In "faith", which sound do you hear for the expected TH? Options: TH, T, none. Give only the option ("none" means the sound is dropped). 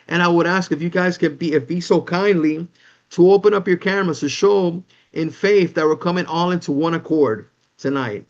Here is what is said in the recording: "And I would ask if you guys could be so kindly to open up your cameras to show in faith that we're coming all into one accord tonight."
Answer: TH